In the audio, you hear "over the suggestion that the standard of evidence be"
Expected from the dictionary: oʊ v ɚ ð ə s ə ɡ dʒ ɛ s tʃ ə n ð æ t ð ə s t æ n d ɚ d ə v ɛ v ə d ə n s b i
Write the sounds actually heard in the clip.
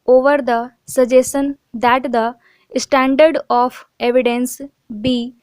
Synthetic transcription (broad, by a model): oʊ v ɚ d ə s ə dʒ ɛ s ə n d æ t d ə s t æ n d ɚ d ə f ɛ v ə d ə n s b i